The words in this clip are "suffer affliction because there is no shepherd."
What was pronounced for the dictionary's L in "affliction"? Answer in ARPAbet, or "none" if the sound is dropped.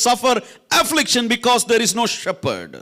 L